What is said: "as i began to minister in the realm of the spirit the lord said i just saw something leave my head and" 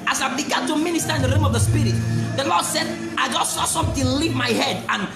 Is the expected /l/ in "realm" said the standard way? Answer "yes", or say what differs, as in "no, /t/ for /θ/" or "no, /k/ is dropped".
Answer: no, /l/ is dropped